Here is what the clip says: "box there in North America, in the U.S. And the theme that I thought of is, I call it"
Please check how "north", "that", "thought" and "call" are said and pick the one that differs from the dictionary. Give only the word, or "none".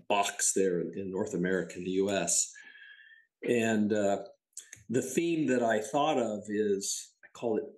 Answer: none